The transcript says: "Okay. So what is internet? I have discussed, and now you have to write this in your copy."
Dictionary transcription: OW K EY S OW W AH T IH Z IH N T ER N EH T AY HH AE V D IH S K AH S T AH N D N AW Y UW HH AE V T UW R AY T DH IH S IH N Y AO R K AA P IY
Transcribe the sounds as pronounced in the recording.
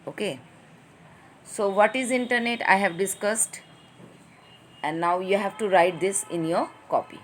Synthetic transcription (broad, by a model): OW K EY S OW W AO T IH Z IH N T ER N EH T AY HH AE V D IH S K AH S T AH N D N AW Y UW HH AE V T UW R AY T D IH S IH N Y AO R K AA P IY